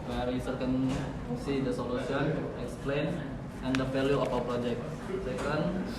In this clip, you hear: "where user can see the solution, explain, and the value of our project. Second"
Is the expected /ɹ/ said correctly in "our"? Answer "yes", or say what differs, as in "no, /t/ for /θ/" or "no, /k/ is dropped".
no, /w/ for /ɹ/